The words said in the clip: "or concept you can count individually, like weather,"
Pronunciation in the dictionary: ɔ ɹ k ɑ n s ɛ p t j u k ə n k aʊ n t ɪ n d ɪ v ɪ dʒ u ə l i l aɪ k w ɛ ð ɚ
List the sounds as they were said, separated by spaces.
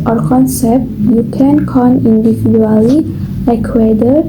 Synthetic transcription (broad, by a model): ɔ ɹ k ɑ n s ɛ p t j u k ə n k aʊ n ɪ n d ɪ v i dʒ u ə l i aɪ k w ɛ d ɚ